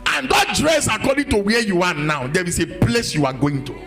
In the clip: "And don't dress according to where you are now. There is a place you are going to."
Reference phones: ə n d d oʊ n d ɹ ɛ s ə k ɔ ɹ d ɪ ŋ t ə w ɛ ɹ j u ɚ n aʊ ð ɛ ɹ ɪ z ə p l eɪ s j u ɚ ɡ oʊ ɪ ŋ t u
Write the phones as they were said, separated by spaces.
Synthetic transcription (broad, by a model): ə n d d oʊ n d ɹ ɛ s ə k ɔ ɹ d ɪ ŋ t ə w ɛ j u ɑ n aʊ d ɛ w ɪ s ə p l eɪ s j u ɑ ɡ oʊ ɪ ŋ t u